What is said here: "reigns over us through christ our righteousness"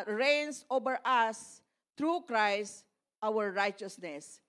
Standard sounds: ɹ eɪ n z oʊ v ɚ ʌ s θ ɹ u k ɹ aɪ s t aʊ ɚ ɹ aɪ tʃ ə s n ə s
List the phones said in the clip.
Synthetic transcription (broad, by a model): ɹ eɪ n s oʊ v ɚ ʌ s t ɹ u k ɹ aɪ s t aʊ ɚ ɹ aɪ tʃ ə s n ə s